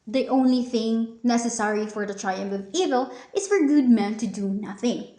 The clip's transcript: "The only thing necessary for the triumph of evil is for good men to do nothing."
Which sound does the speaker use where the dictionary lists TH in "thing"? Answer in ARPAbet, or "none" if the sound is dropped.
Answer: TH